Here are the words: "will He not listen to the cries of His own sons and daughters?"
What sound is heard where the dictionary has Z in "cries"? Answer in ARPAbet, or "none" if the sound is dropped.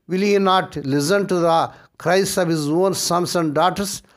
S